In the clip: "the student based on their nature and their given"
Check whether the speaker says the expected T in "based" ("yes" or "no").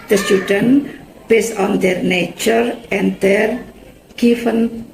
no